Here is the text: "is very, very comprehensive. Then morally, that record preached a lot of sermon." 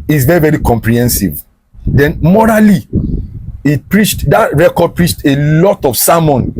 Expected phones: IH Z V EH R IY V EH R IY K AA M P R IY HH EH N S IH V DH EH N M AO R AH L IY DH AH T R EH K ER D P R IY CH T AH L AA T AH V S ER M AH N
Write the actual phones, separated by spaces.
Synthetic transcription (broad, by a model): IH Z V EH R IY V EH R IY K AA M P R IY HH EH N S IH V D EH N M AO R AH L IY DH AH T R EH K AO D P R IY CH T AH L AA T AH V S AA M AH N